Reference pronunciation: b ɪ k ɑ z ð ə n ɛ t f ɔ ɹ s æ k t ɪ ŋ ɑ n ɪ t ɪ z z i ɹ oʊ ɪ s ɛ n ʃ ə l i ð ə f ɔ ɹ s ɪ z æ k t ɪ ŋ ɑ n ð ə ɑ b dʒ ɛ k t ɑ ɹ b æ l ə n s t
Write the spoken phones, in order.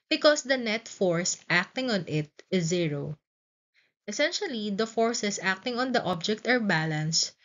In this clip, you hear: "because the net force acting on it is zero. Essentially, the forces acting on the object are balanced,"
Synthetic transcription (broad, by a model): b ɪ k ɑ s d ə n ɛ t f ɔ ɹ s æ k t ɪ ŋ ɑ n ɪ t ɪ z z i ɹ oʊ ɪ s ɛ n ʃ ə l i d ə f ɔ ɹ s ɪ s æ k t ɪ ŋ ɑ n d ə ɑ b dʒ ɛ k t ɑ ɹ b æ l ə n s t